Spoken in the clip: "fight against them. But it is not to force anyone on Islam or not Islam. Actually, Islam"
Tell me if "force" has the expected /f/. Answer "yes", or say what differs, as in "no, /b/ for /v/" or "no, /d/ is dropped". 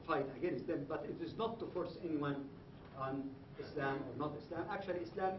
yes